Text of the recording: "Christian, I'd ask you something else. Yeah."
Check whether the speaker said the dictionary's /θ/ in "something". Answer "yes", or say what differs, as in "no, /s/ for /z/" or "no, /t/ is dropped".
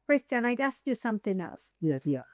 yes